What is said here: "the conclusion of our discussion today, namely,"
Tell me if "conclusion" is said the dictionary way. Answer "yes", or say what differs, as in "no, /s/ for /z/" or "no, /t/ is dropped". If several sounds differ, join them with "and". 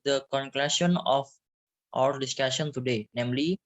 no, /s/ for /ʒ/